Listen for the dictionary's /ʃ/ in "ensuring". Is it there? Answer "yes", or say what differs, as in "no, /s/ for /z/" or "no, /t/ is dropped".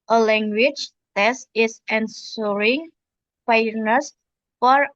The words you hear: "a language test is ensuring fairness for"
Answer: no, /s/ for /ʃ/